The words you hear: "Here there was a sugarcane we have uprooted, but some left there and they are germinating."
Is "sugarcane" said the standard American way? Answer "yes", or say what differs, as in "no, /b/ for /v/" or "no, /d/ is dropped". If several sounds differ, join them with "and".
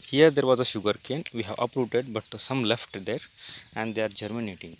yes